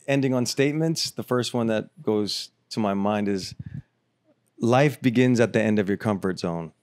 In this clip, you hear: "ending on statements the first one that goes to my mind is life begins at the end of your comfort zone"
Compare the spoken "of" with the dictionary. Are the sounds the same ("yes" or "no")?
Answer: yes